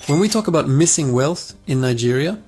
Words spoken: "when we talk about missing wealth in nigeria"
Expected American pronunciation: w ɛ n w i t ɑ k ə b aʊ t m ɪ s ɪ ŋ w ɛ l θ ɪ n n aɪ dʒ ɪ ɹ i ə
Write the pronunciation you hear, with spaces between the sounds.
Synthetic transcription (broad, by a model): w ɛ n w i t ɑ k ə b aʊ t m ɪ s ɪ ŋ w ɛ l θ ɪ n n aɪ dʒ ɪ ɹ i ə